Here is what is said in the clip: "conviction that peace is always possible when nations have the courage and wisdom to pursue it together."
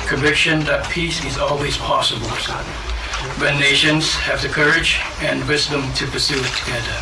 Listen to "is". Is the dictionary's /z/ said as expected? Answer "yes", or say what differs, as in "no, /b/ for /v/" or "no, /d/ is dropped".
yes